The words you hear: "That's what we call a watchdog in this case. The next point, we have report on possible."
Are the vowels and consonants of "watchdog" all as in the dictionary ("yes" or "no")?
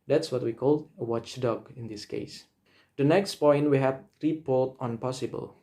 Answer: yes